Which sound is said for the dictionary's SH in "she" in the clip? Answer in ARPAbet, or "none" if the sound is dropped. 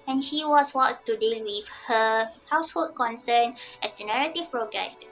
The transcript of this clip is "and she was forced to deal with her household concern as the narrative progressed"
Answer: SH